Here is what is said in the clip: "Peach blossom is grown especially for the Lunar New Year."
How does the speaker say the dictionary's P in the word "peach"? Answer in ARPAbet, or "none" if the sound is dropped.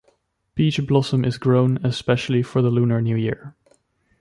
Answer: B